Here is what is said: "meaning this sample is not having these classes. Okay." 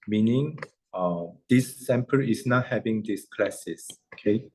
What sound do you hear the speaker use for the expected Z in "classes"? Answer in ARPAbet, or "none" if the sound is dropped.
S